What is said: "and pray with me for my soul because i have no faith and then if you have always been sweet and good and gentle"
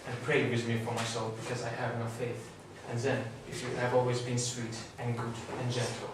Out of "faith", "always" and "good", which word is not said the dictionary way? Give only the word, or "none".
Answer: none